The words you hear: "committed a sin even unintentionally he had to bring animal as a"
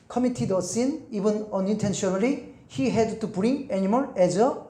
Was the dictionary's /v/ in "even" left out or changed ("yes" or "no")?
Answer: yes